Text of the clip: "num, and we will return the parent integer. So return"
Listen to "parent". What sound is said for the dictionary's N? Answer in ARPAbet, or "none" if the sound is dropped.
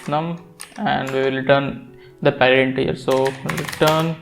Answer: none